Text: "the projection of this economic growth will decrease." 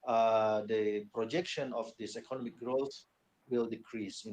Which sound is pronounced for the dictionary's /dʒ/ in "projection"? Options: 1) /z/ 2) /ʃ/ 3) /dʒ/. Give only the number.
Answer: 3